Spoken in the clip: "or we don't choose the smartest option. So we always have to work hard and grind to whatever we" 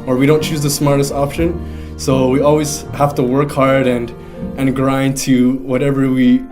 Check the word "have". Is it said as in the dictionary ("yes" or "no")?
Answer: no